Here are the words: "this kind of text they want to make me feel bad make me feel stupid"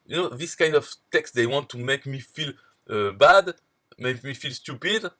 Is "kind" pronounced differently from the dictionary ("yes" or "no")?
no